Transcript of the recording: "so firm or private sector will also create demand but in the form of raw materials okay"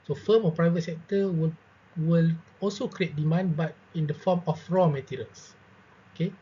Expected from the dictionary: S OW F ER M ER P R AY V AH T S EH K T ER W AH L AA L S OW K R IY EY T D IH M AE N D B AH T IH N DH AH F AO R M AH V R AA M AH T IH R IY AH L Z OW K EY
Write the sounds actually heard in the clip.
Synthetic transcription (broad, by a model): S OW F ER M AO P R AY V AH T S EH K T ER W AH L AA L S OW K R IY EY T D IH M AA N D B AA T IH N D AH F AO M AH F R AA M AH T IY R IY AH L S OW K EY